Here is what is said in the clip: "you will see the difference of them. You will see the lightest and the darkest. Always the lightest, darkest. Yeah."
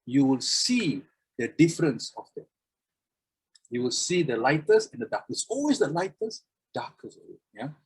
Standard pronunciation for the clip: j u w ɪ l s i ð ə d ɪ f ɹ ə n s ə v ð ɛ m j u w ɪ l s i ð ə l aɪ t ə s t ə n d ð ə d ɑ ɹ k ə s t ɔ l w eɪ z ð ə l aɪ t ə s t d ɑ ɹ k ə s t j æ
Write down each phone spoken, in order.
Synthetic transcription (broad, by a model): j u w ɪ l s i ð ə d ɪ f ɹ ə n s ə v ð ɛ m j u w ɪ l s i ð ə l aɪ t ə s ə n d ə d ɑ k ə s ɔ l w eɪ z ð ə l aɪ t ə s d ɑ k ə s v j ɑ